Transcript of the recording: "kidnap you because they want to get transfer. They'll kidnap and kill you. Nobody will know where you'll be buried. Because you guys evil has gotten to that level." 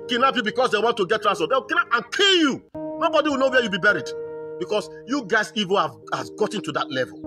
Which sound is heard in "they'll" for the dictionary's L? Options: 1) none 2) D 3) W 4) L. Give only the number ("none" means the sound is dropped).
3